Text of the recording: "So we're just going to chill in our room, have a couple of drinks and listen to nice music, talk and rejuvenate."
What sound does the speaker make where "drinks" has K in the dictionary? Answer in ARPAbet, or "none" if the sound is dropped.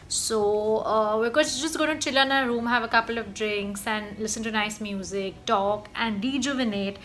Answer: K